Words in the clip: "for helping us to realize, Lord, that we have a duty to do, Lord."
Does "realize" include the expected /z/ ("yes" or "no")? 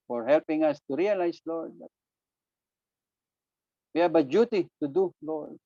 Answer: no